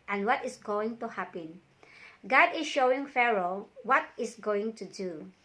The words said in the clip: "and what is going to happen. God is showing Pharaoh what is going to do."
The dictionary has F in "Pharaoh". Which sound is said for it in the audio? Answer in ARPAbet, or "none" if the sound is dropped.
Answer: F